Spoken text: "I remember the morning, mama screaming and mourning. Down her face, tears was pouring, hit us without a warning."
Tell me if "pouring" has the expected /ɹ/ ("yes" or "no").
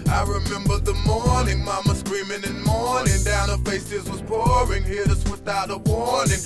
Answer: yes